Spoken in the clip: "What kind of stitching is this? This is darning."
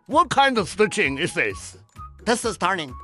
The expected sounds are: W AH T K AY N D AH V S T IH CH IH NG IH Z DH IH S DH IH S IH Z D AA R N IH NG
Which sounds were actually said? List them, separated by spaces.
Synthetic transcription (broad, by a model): W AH T K AY N D AH V S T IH CH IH NG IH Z DH IH S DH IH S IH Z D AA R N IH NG